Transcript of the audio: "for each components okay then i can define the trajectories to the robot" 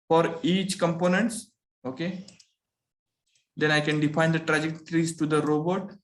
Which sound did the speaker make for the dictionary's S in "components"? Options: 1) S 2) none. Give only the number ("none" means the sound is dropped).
1